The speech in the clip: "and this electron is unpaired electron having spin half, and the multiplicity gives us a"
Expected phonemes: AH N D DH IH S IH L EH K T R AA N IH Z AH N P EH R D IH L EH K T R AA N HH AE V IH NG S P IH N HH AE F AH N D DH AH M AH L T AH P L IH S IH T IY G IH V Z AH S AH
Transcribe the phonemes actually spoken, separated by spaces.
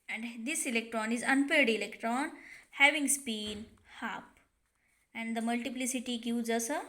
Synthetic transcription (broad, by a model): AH N D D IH S IH L EH K T R AA N IH Z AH N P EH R D IH L EH K T R AA N HH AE V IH NG S P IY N HH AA P AH N D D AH M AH L T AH P L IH S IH T IY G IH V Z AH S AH